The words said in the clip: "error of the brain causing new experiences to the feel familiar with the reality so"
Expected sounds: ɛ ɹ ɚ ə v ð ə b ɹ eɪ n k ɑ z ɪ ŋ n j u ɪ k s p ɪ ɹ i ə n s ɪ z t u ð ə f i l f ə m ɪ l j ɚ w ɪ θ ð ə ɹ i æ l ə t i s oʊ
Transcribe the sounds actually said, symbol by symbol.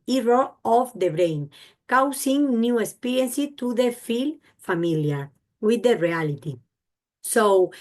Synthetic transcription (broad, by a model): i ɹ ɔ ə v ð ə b ɹ eɪ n k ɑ s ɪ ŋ n j u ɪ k s p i ɹ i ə n s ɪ t u ð ə f i l f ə m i l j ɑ w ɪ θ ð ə ɹ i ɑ l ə t i s oʊ